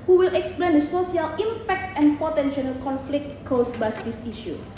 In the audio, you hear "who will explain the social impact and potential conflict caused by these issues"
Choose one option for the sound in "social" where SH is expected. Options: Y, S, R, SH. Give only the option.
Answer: S